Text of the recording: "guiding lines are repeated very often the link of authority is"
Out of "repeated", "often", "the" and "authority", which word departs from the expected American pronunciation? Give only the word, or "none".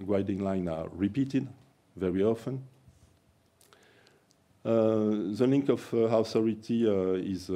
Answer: authority